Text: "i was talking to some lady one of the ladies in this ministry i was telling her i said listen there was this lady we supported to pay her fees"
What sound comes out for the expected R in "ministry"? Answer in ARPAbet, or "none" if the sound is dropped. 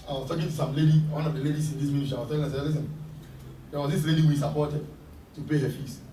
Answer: none